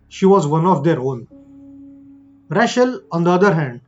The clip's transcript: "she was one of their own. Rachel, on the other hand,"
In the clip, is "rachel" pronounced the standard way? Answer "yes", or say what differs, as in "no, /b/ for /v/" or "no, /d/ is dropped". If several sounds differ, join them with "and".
no, /ʃ/ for /tʃ/